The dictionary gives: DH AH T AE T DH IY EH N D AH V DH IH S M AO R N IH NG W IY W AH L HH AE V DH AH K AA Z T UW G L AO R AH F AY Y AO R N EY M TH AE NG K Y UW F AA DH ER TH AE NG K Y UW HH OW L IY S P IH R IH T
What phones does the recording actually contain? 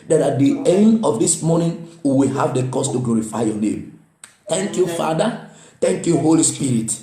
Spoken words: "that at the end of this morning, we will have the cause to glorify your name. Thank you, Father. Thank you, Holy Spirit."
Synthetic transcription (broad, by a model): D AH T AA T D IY EH N D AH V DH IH S M AO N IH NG W IY W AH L HH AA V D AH K AA S T UW G L AO R AH F AY Y AO N EY M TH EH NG K Y UW F AA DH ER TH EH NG K Y UW HH OW L IY S P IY R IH T